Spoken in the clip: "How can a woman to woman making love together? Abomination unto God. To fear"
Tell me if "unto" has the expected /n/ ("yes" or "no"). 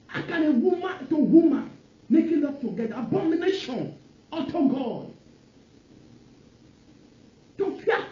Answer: no